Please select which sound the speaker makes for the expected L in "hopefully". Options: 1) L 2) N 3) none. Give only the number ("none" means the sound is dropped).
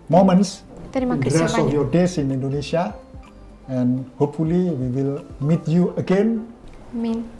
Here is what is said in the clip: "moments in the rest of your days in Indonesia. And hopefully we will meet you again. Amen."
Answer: 1